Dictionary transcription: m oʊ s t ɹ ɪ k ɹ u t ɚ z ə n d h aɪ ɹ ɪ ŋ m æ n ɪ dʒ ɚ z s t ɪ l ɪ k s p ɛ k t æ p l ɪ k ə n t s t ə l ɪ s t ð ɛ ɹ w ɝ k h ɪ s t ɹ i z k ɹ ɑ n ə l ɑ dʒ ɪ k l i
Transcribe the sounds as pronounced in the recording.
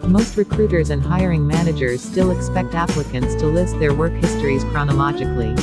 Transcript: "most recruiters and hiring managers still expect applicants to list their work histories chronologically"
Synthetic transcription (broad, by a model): m oʊ s t ɹ ɪ k ɹ u t ɚ z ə n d h aɪ ɹ ɪ ŋ m æ n ɪ dʒ ɚ z s t ɪ l ɪ k s p ɛ k t æ p l ɪ k ə n t s t ə l ɪ s t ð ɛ ɹ w ɝ k h ɪ s t ɹ i z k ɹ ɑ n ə l ɑ dʒ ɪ k l i